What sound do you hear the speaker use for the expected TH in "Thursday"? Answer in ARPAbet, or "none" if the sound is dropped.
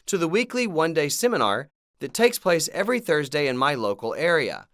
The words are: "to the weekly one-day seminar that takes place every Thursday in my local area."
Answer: TH